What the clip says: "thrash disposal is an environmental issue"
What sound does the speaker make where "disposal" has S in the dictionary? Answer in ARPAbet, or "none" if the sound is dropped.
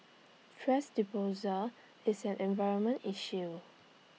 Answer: none